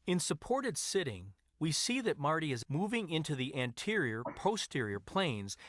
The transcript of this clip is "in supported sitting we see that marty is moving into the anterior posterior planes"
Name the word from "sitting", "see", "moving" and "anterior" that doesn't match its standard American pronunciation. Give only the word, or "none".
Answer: none